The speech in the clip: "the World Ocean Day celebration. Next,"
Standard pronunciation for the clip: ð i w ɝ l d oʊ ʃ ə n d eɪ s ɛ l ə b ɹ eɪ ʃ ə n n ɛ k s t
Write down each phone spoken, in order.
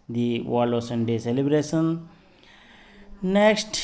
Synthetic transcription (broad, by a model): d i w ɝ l oʊ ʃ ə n d eɪ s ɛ l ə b ɹ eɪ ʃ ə n n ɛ k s t